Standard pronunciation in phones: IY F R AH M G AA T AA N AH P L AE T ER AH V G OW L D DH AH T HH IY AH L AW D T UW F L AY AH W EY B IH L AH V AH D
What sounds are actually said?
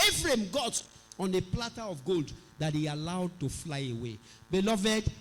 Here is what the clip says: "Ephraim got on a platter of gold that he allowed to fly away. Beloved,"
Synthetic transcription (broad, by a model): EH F R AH M G AA T AA N AH P L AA T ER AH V G OW L D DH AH T HH IY AH L AW D T UW F L AY AH W EY B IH L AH V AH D